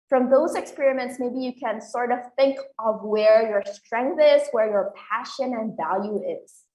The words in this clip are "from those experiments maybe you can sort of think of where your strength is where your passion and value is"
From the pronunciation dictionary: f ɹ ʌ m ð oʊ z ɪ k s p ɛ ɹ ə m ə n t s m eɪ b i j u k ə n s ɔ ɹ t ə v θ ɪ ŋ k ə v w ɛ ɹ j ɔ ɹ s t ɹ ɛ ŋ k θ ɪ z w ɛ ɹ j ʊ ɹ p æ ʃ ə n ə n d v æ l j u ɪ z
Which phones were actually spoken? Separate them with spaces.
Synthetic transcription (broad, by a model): f ɹ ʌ m ð oʊ z ɪ k s p ɛ ɹ ə m ə n t s m eɪ b i j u k ə n s ɔ ɹ t ə v θ ɪ ŋ k ə v w ɛ ɹ j ɔ ɹ s t ɹ ɛ ŋ k θ ɪ z w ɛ ɹ j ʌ ɹ p æ ʃ ə n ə n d v æ l j u ɪ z